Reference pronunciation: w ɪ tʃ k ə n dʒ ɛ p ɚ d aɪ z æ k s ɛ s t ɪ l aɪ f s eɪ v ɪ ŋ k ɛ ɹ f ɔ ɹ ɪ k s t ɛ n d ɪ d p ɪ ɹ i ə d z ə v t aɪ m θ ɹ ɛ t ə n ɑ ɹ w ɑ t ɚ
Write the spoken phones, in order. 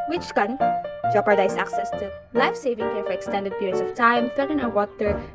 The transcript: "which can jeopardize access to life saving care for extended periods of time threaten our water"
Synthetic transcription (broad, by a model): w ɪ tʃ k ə n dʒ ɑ p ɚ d aɪ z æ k s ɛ s t ɪ l aɪ f s eɪ v ɪ ŋ k ɛ ɹ f ɔ ɹ ɪ k s t ɛ n d ɪ d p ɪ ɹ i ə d s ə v t aɪ m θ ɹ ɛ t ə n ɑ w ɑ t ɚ